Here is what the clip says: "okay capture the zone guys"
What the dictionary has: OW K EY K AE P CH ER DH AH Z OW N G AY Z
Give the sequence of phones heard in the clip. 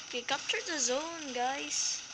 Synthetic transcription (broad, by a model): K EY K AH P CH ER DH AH Z OW N G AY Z